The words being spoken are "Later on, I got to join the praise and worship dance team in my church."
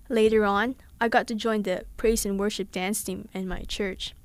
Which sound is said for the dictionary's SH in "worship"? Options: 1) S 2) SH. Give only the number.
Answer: 2